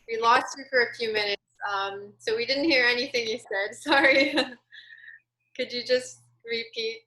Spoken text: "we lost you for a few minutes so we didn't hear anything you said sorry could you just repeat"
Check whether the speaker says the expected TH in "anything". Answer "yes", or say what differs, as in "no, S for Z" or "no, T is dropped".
yes